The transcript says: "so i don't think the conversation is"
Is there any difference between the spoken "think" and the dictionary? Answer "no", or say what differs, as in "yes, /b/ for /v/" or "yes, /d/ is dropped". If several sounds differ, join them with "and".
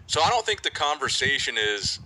no